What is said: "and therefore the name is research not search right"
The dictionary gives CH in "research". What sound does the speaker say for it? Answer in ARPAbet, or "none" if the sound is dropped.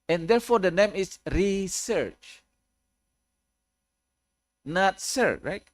CH